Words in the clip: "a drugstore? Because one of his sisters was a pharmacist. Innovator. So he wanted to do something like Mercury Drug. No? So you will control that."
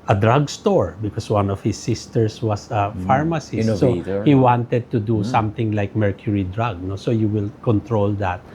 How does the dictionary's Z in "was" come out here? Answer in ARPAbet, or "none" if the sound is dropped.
S